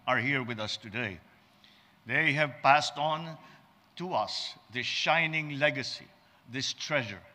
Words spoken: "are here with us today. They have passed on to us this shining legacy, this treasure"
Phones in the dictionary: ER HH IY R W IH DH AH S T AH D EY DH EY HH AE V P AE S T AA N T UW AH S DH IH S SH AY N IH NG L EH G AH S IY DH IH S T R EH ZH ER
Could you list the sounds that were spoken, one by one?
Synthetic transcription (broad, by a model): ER HH IY R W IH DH AH S T AH D EY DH EY HH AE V P AE S T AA N T UW AH S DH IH S SH AY N IH NG L EH G AH S IY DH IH S T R EH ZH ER